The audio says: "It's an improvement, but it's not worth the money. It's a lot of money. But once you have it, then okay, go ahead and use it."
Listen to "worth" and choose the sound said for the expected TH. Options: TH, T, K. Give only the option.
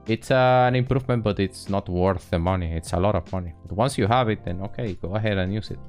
TH